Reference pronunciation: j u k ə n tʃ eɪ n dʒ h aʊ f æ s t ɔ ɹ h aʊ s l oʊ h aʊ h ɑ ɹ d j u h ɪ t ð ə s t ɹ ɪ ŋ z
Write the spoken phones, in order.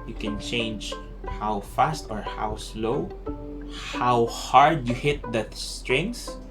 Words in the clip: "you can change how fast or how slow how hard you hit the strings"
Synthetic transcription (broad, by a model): j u k ə n tʃ eɪ n dʒ h aʊ f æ s t ɔ ɹ h aʊ s l oʊ h aʊ h ɑ ɹ d j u h ɪ t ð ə s t ɹ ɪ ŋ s